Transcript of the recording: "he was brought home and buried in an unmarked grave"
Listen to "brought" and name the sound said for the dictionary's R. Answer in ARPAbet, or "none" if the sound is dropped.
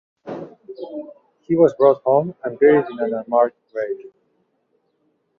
R